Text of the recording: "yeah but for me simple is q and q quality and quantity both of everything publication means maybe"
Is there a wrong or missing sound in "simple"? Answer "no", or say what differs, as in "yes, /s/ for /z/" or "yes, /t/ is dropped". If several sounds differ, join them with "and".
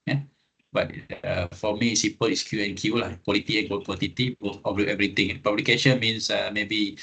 yes, /m/ is dropped